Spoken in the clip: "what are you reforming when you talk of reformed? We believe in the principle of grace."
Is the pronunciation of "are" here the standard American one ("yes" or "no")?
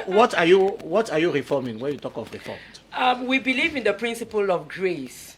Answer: no